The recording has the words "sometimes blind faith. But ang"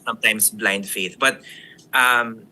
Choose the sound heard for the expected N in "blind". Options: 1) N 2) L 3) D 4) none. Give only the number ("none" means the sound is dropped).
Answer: 1